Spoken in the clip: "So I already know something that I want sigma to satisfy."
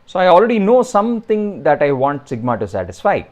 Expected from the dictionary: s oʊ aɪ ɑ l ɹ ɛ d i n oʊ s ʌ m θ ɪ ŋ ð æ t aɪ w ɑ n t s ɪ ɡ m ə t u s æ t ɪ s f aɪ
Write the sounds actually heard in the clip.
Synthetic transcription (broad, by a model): s oʊ aɪ ɑ l ɹ ɛ d i n oʊ s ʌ m t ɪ ŋ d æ t aɪ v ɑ n t s ɪ ɡ m ə t u s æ t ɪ s f aɪ